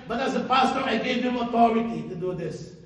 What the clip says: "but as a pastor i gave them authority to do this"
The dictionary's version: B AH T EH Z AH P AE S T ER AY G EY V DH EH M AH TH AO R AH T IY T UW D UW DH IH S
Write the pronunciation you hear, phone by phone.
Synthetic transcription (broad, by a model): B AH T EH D AH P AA S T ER AY G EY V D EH M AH T AO R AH T IY T UW D UW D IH S